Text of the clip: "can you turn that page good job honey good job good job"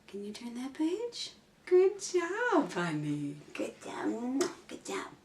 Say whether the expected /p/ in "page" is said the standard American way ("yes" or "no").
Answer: yes